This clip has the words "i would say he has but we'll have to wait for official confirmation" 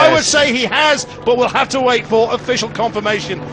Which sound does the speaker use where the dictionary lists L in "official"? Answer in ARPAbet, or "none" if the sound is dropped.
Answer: L